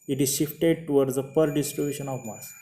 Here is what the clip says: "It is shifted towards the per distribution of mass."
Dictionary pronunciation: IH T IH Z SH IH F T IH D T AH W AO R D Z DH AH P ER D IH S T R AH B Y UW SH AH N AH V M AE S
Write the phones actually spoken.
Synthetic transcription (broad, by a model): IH T IH Z SH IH F T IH D T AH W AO R D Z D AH P ER D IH S T R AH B Y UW SH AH N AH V M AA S